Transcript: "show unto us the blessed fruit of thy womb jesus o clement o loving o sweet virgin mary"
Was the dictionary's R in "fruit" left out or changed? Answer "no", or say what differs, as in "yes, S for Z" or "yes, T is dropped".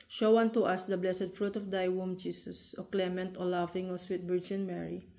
no